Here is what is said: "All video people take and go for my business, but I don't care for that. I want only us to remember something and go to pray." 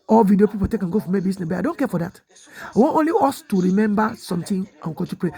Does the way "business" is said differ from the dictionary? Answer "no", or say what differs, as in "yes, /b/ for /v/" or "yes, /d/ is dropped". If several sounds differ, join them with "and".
yes, /s/ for /z/ and /s/ is dropped